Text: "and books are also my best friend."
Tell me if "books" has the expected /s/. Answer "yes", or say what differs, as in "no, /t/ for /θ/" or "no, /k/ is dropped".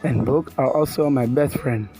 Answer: no, /s/ is dropped